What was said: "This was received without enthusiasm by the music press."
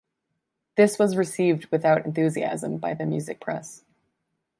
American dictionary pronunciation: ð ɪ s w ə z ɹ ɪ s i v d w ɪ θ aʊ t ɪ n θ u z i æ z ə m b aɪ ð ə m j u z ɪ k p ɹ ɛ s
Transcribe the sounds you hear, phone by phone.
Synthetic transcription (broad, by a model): ð ɪ s w ə z ɹ ɪ s i v d w ɪ θ aʊ t ɪ n θ u z i æ z ə m b aɪ ð ə m j u z ɪ k p ɹ ɛ s